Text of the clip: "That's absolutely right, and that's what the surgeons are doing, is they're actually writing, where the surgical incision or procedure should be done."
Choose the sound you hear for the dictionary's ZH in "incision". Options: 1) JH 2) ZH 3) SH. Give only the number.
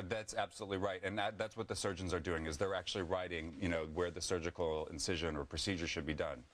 2